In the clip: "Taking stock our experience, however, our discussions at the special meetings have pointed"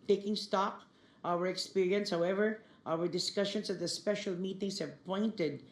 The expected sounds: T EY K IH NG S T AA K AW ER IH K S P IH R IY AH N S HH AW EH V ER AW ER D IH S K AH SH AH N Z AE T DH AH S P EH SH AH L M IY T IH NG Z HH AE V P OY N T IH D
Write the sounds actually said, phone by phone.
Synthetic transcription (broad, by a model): T EY K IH NG S T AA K AW ER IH K S P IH R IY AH N S HH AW EH V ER AW ER D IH S K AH SH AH N S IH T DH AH S P EH SH AH L M IY T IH NG S HH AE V P OY N T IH D